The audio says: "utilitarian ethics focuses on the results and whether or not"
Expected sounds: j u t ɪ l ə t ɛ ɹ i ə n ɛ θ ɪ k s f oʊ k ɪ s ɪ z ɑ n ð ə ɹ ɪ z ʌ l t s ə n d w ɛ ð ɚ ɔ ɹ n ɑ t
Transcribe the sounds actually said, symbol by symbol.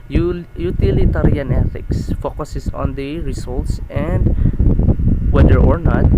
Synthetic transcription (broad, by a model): j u t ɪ l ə t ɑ ɹ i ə n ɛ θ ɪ k s f oʊ k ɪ s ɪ s ɑ n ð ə ɹ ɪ s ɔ l t s ə n d w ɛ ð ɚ ɔ ɹ n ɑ t